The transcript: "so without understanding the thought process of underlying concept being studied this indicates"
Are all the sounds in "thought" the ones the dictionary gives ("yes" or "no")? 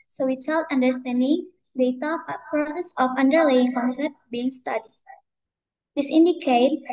no